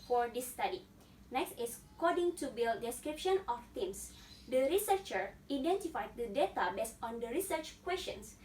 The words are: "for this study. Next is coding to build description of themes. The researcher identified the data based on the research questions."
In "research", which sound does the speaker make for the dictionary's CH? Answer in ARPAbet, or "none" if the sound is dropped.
CH